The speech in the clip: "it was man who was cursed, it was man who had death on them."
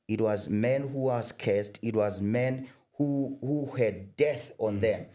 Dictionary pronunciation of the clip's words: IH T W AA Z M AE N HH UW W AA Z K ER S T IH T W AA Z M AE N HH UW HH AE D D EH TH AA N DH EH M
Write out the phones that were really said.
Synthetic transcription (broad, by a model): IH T W AA Z M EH N HH UW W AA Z K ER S T IH T W AA Z M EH N HH UW HH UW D D EH TH AA N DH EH M